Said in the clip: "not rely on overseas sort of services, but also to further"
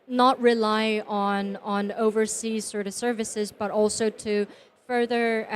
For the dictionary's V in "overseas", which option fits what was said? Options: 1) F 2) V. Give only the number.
2